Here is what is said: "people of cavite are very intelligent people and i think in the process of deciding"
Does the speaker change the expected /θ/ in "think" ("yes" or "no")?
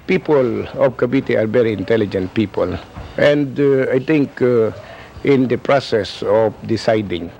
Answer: yes